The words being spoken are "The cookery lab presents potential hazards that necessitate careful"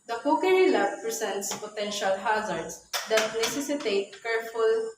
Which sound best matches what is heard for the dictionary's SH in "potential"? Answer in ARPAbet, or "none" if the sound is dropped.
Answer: SH